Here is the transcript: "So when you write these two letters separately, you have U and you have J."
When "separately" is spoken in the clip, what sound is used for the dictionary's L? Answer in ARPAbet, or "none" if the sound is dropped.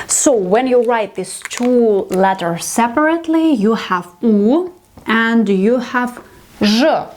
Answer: L